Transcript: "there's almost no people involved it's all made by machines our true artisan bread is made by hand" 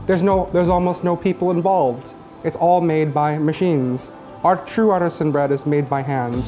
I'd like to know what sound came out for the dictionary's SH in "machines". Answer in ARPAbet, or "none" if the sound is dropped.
SH